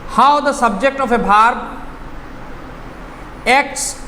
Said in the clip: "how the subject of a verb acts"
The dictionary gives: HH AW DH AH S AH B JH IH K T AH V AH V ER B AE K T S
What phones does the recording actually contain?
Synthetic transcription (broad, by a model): HH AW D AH S AH B JH IH K T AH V AH B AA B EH K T S